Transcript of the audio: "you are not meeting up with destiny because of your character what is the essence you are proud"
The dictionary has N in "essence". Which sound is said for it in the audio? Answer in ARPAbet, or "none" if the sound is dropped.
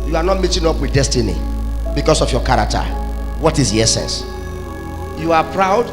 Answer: N